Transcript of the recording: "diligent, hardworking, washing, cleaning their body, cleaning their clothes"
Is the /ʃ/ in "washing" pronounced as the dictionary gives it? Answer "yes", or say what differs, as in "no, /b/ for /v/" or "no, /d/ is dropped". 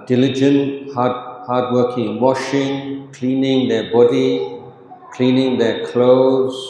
yes